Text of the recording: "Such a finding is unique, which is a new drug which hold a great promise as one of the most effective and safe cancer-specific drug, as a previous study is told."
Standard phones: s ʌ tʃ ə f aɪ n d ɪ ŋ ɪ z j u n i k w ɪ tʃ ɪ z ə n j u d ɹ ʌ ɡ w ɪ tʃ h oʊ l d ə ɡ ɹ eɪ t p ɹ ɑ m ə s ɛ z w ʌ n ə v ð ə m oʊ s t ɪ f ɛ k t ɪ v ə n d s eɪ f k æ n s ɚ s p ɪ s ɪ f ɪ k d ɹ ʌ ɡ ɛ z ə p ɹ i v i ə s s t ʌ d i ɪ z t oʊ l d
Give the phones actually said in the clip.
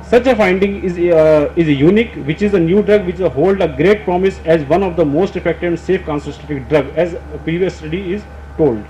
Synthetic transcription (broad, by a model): s ʌ tʃ ə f aɪ n d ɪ ŋ ɪ z j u n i k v ɪ tʃ ɪ z ə n j u d ɹ ʌ ɡ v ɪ tʃ h oʊ l d ə ɡ ɹ eɪ t p ɹ ɑ m ə s ɛ z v ʌ n ə v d ə m oʊ s t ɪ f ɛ k t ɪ ə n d s eɪ f k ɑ n s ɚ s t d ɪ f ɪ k d ɹ ʌ ɡ ɛ z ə p ɹ i v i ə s s t ʌ d i ɪ z t oʊ l d